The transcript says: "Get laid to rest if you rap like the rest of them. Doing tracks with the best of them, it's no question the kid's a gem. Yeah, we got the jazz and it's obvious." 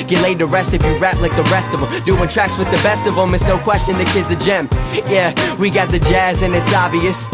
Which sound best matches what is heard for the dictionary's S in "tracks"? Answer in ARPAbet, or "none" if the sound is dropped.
S